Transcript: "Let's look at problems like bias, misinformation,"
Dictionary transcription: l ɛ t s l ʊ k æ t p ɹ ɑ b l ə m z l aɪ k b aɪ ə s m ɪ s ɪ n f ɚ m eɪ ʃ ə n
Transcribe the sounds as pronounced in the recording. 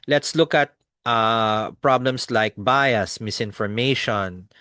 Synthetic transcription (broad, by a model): l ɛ t s l ʊ k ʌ t p ɹ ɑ b l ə m s l aɪ k b aɪ ə s m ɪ s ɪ n f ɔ m eɪ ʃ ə n